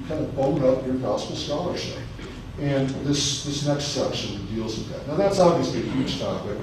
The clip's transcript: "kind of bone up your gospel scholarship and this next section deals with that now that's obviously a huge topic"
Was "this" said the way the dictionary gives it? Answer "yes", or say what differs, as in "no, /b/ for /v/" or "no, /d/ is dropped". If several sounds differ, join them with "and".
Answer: yes